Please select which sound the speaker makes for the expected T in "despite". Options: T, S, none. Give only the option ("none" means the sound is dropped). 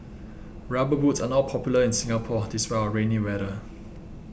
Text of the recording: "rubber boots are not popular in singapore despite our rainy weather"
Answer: none